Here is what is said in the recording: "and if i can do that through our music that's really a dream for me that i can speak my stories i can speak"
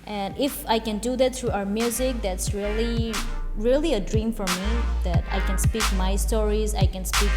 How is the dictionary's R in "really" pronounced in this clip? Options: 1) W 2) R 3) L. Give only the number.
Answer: 2